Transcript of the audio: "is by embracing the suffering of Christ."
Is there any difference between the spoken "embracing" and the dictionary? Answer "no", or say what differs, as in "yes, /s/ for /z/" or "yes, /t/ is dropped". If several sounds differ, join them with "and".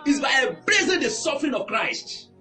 yes, /m/ is dropped